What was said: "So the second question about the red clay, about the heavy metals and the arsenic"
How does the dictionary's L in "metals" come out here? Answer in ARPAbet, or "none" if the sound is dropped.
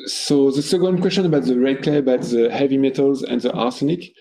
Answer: L